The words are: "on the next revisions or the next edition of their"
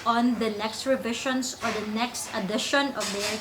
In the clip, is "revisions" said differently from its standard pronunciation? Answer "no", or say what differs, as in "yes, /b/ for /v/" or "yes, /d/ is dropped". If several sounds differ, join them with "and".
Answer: yes, /ʃ/ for /ʒ/ and /s/ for /z/